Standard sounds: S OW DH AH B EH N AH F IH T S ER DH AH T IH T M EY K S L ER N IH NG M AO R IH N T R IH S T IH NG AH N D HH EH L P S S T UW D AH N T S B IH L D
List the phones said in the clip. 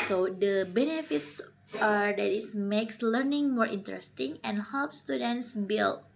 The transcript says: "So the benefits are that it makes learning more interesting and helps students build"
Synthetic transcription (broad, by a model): S OW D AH B EH N AH F IH T S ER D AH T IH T M EY K S L ER N IH NG M AO R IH N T R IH S T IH NG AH N HH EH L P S S T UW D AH N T S B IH L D